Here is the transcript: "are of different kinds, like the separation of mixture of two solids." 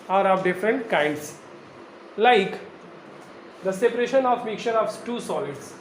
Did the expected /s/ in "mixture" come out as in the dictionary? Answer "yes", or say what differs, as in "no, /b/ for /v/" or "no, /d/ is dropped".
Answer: no, /s/ is dropped